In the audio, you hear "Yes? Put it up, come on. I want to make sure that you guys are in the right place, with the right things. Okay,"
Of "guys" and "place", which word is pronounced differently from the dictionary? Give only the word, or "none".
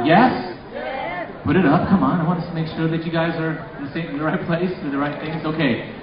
none